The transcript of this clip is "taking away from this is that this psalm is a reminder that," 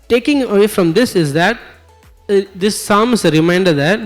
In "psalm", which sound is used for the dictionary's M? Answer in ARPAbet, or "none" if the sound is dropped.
M